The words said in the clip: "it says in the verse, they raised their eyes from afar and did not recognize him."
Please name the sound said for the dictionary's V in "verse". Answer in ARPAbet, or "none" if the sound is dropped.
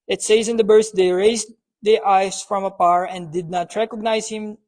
B